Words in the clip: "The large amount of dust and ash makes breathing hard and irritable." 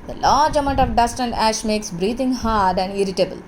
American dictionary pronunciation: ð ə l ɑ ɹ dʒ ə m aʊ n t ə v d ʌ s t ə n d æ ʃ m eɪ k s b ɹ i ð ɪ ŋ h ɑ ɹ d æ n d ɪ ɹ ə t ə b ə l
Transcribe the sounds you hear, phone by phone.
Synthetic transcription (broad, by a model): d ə l ɑ ɹ dʒ ə m aʊ n t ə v d ʌ s t ə n d æ ʃ m eɪ k s b ɹ i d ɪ ŋ h ɑ ɹ d æ n d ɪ ɹ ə t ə b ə l